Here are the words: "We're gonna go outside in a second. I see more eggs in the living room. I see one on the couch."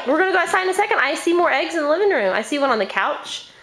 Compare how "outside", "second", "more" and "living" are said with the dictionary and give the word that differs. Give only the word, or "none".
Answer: outside